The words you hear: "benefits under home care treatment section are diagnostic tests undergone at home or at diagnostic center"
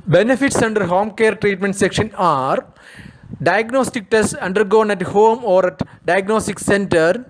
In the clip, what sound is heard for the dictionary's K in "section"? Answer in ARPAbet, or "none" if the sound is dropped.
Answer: K